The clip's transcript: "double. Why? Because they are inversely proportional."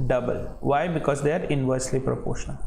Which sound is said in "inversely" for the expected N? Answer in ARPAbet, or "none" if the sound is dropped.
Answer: N